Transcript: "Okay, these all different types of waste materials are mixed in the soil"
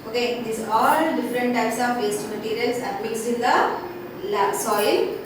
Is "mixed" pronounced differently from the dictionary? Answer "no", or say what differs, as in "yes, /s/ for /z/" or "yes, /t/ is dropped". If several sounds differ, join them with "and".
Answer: yes, /t/ is dropped